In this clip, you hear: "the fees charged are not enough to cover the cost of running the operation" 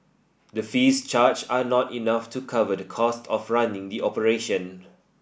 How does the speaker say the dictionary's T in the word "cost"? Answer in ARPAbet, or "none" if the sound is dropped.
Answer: T